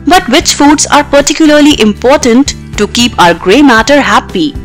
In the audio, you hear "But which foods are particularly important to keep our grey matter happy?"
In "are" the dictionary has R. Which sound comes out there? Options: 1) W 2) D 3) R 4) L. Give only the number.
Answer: 3